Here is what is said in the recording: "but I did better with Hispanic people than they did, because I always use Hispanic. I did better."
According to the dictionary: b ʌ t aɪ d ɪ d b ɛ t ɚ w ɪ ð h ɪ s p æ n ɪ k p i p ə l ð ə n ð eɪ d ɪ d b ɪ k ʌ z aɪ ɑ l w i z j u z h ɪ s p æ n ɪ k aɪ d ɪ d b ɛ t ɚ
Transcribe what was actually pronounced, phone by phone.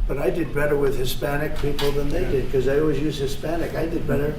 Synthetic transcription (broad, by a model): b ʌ t aɪ d ɪ d b ɛ t ɚ w ɪ ð h ɪ s p æ n ɪ k p i p l ð ə n ð eɪ d ɪ d k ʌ z aɪ ɑ l w i z j u z h ɪ s p æ n ɪ k aɪ d ɪ d b ɛ t ɚ